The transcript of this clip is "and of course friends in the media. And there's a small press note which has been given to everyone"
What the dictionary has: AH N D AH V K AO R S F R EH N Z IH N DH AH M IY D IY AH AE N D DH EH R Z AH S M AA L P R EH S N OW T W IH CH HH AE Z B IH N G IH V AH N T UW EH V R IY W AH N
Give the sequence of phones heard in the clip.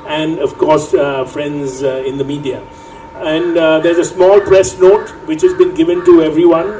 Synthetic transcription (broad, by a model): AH N D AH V K AO R S F R EH N Z IH N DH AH M IY D IY AH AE N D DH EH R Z AH S M AA L P R EH S N OW T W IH CH HH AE Z B IH N G IH V AH N T UW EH V R IY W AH N